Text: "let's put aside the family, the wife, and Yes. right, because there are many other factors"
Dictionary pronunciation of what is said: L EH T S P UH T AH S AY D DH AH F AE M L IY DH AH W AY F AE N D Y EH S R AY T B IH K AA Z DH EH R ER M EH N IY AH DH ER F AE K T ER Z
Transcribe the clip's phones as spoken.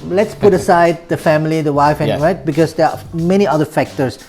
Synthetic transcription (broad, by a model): L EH T S P UH T AH S AY D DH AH F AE M L IY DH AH W AY F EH R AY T B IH K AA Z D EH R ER M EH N IY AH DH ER F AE K T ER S